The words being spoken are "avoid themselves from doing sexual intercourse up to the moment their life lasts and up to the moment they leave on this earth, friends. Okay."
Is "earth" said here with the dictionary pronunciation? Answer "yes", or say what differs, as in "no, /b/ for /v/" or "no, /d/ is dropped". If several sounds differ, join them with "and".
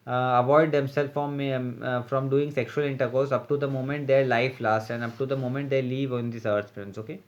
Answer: no, /s/ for /θ/